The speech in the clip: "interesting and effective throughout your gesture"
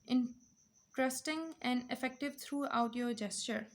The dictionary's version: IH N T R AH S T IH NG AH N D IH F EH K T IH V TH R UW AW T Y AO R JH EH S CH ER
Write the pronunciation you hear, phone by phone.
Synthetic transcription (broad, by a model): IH N T R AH S T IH NG AH N D IH F EH K T IH V T R UW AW T Y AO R JH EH S CH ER